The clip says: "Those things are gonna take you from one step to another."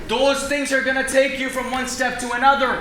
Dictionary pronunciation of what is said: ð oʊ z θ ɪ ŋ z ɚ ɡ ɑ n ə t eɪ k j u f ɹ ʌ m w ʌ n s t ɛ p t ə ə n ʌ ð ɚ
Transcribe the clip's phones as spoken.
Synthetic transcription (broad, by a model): ð oʊ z θ ɪ ŋ z ɚ ɡ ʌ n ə t eɪ k j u f ɹ ʌ m w ʌ n s t ɛ p t ə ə n ʌ ð ɚ